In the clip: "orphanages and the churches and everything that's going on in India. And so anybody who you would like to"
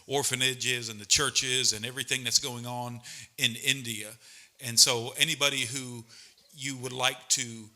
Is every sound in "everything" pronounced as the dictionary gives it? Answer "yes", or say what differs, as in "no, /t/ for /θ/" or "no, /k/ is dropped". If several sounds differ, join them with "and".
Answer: yes